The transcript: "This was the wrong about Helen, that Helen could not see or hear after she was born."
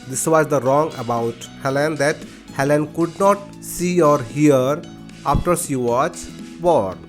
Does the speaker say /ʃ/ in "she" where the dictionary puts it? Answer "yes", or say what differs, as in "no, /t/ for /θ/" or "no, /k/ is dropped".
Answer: no, /s/ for /ʃ/